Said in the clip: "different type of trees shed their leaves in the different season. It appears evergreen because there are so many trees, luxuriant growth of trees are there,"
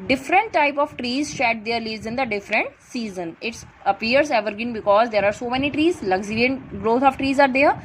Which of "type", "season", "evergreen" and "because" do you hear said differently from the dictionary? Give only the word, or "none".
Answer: evergreen